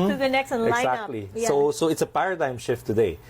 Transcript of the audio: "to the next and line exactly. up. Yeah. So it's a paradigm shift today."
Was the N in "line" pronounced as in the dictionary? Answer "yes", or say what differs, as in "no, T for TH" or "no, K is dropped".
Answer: no, N is dropped